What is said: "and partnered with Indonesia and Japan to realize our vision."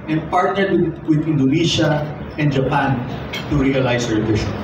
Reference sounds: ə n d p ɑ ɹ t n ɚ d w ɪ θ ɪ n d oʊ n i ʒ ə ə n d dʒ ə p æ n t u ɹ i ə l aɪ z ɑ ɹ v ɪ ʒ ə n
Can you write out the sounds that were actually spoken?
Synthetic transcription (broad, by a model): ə n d p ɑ ɹ t n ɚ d w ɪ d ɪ n d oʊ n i ʃ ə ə n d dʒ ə p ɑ n t u ɹ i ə l aɪ s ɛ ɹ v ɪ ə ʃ